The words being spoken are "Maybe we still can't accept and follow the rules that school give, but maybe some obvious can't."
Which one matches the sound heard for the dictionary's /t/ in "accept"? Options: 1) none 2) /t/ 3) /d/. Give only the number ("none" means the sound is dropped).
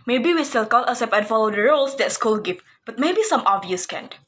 1